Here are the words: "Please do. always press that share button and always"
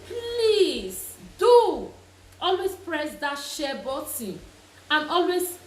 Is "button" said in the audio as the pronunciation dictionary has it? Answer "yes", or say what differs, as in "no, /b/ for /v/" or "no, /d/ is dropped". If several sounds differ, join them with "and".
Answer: no, /n/ is dropped